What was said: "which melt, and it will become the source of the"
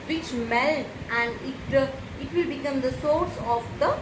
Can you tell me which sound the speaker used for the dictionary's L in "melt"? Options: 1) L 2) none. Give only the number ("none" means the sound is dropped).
1